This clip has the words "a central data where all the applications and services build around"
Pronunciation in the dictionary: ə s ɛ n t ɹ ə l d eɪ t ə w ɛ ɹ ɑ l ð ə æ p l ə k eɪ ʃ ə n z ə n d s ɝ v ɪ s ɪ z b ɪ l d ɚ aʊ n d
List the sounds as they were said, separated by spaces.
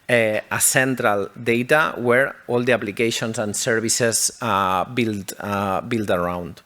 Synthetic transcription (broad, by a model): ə s ɛ n t ɹ ə l d eɪ t ə w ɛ ɹ ɑ l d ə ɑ p l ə k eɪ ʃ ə n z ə n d s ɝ b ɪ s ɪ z b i l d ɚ aʊ n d